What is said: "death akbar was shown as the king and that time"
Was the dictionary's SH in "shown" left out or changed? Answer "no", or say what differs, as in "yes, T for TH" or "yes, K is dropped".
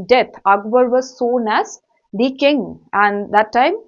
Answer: yes, S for SH